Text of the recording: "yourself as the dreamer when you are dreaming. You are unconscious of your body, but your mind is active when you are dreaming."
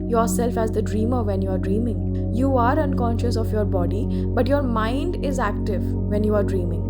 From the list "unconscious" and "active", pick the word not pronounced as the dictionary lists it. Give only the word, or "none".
none